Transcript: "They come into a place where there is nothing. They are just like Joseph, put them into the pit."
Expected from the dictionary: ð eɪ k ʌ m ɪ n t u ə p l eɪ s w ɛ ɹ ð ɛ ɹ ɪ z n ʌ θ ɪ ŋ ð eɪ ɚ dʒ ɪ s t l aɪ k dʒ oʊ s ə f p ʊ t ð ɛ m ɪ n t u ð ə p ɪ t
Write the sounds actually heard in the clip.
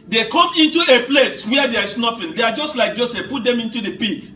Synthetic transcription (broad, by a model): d eɪ k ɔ m ɪ n t u ə p l eɪ s w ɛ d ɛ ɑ ɹ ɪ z n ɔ f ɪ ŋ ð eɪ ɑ dʒ ɪ s t l aɪ k dʒ oʊ s ə f p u t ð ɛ m ɪ n t u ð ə p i t